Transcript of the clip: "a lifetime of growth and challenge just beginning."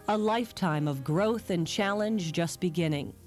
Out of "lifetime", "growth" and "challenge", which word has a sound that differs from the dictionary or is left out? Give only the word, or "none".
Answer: none